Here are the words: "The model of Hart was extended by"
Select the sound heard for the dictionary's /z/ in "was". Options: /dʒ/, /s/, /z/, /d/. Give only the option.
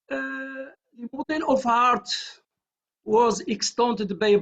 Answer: /z/